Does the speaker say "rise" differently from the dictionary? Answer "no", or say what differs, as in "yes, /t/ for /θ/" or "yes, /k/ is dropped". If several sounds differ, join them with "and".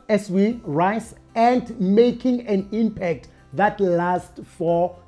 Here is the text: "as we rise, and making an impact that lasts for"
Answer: yes, /s/ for /z/